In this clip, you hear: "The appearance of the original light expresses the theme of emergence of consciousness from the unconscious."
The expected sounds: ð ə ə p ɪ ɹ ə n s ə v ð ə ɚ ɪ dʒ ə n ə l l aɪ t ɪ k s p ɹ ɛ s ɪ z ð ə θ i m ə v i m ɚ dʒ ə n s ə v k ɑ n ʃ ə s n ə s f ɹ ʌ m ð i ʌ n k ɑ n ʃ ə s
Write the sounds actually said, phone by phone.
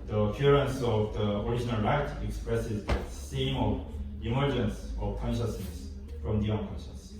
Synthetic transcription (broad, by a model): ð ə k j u ɹ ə n s ə v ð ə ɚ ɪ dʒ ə n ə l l aɪ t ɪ k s p ɹ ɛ s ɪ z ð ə s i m ə v i m ɚ dʒ ə n s ə v k ɑ n ʃ ə s n ə s f ɹ ʌ m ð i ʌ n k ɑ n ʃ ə s